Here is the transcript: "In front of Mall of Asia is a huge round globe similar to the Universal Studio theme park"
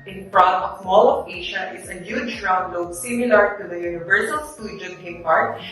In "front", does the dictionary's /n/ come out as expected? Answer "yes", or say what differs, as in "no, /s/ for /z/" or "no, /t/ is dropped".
no, /n/ is dropped